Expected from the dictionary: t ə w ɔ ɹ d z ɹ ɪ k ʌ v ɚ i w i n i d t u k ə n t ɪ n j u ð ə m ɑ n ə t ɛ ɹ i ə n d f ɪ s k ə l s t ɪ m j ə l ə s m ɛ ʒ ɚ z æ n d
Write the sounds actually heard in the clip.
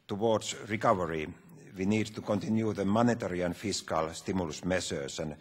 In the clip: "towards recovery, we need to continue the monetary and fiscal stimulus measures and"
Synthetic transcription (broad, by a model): t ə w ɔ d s ɹ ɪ k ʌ v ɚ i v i n i d t u k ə n t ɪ n j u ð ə m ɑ n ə t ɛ ɹ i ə n f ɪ s k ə l s t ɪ m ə l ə s m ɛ s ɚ s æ n